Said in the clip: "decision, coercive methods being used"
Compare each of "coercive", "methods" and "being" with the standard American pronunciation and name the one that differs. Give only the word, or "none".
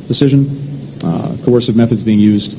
none